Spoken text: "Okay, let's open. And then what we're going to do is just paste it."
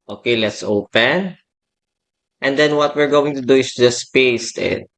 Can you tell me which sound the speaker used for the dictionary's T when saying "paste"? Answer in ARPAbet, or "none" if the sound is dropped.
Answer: T